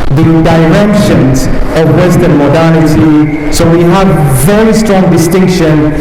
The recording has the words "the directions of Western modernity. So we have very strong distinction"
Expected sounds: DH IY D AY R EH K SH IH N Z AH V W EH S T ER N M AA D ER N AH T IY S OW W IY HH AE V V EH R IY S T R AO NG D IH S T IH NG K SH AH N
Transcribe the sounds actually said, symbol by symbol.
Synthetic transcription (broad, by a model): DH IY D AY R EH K SH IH N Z AH V W EH S T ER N M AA D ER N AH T IY S OW W IY HH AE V V EH R IY S T R AO NG D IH S T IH NG K SH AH N